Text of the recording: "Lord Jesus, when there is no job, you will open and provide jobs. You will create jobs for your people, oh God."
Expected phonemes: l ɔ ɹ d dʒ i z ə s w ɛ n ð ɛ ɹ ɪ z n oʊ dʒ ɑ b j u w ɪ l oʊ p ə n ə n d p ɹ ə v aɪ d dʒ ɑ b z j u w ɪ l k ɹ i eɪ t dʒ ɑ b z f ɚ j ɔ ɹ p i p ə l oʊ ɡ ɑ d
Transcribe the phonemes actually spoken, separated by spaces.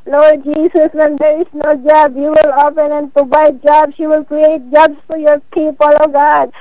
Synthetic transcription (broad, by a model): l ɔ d dʒ i s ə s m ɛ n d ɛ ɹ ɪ s n oʊ dʒ ɑ b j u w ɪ l oʊ p ə n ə n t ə b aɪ dʒ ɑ b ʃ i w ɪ l k ɹ i eɪ t dʒ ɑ b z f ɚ j ɔ ɹ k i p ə l oʊ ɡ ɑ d